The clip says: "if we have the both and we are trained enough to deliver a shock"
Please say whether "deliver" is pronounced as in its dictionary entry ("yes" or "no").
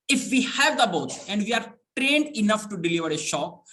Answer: yes